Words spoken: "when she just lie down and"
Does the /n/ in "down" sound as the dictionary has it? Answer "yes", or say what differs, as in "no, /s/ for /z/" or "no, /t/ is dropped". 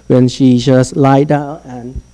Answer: no, /n/ is dropped